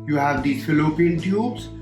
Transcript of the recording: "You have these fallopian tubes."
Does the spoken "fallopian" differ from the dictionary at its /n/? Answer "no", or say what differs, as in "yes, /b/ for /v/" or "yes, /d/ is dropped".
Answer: yes, /l/ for /n/